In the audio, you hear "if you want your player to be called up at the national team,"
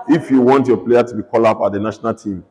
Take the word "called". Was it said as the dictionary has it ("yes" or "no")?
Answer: no